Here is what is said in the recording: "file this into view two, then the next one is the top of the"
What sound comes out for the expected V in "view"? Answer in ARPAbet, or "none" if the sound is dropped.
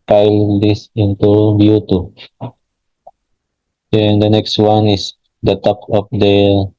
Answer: B